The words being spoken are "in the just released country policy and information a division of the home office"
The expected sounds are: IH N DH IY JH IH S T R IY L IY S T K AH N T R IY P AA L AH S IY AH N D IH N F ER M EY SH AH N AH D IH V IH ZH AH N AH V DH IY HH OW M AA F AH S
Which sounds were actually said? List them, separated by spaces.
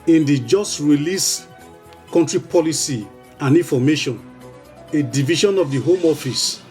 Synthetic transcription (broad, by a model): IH N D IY JH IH S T R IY L IY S K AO N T R IY P AA L AH S IY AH N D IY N F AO M EY SH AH N AH D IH V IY SH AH N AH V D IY HH OW M AA F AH S